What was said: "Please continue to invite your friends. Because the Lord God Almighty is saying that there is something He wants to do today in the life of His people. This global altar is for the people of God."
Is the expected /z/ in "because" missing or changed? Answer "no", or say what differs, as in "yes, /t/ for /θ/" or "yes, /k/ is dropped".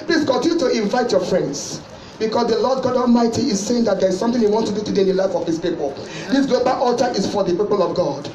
yes, /s/ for /z/